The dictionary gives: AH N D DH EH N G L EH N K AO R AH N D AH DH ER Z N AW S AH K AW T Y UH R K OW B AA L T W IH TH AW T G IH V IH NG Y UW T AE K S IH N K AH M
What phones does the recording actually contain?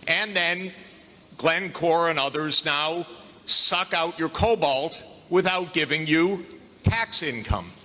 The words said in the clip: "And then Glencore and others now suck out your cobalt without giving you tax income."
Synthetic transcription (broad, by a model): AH N DH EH N G L EH N K AO R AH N AH DH ER Z N AW S AH K AW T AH R K OW B AA L T W IH TH AW T G IH V IH NG Y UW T AE K S IH N K AH M